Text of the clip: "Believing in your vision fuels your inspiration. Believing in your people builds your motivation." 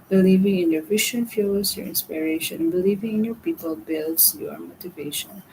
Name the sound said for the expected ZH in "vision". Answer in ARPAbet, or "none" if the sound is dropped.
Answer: SH